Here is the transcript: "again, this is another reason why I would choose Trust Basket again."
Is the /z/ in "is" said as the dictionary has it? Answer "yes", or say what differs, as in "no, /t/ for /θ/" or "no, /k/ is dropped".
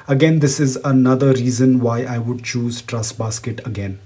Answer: yes